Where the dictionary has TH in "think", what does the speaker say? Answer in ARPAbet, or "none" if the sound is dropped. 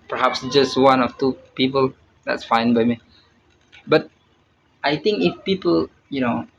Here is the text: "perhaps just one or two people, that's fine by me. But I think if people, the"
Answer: T